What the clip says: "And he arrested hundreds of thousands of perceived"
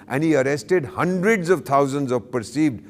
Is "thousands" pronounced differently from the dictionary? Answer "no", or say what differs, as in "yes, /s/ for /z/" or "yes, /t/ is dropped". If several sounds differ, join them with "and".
yes, /t/ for /θ/